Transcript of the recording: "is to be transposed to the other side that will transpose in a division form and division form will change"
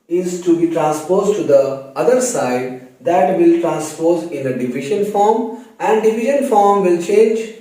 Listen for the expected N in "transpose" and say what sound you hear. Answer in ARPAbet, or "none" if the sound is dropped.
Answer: N